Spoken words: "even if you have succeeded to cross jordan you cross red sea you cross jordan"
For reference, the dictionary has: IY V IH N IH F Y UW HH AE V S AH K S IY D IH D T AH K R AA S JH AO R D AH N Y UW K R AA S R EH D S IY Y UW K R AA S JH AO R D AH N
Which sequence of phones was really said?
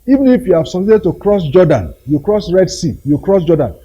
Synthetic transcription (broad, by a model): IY V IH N IH F Y UW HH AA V S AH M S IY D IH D T AH K R AA S JH AO D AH N Y UW K R AA S R EH D S IY Y UW K R AA S JH AO D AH N